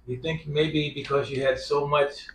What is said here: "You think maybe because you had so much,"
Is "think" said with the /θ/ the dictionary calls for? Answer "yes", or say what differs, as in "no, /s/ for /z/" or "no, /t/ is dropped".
yes